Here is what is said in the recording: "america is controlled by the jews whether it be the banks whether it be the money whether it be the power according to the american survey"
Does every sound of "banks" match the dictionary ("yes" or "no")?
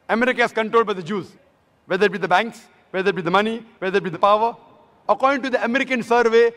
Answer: yes